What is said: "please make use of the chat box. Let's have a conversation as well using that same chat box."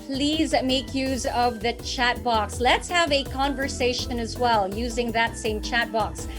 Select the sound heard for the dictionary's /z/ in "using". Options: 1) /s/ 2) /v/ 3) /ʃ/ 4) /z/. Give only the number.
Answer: 4